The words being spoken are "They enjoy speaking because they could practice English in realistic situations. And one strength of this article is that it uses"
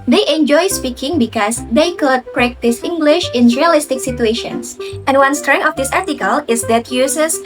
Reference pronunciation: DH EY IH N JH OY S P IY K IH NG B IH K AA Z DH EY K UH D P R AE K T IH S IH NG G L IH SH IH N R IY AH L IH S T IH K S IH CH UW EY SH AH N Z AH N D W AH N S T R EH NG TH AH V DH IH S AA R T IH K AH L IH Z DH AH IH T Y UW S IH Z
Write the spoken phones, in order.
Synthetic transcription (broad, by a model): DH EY IH N JH OY S P IY K IH NG B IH K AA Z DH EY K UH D P R AE K T IH S IH NG G L IH SH IH N R IY AH L IH S T IH K S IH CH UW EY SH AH N S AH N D W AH N S T R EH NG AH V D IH S AA R T IH K AH L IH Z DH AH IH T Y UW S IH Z